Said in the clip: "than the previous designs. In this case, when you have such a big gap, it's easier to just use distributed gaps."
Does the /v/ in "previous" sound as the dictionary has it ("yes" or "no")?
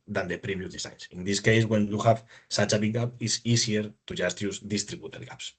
no